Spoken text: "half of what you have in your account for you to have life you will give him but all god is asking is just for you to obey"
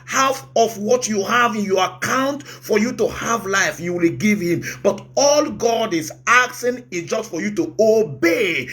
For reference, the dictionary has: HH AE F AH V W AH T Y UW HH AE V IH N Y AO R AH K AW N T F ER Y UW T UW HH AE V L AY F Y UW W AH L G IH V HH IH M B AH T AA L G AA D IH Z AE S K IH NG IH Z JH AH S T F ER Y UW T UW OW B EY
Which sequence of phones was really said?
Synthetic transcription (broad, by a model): HH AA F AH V W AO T Y UW HH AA V IH N Y AO R AH K AW N T F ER Y UW T UW HH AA V L AY F Y UW W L G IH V HH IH M B AH T AA L G AA D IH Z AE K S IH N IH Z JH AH S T F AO Y UW T UW OW B EY